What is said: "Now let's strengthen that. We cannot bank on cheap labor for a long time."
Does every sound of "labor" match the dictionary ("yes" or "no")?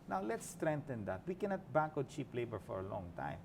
yes